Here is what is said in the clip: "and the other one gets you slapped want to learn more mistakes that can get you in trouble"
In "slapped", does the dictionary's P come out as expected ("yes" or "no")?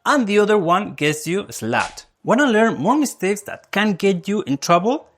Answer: no